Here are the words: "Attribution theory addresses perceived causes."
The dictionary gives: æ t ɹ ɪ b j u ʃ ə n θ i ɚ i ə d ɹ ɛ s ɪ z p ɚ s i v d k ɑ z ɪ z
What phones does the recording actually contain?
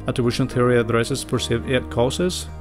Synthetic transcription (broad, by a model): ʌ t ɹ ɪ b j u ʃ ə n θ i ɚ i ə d ɹ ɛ s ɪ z f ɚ s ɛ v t k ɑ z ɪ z